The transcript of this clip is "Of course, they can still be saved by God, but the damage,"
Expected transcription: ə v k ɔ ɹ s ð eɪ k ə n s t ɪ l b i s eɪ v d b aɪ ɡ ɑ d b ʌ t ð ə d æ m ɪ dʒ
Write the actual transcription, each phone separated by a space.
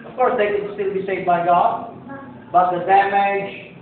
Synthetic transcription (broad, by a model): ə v k ɔ ɹ s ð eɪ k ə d s t ɪ l b i s eɪ v d b aɪ ɡ ɑ d b ʌ t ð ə d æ m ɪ dʒ